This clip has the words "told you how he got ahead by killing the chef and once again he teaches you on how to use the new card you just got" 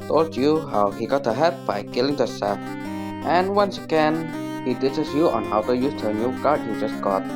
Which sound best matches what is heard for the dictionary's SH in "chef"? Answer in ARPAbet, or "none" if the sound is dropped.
S